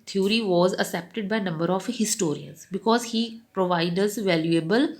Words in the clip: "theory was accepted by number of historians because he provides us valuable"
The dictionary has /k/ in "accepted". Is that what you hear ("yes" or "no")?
no